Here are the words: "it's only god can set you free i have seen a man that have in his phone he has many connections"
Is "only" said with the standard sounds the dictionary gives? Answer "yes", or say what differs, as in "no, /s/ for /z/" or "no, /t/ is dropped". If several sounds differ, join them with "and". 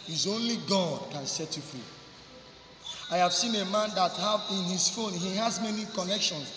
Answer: yes